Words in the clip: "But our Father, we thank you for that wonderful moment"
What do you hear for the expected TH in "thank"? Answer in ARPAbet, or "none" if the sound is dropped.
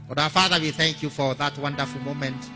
TH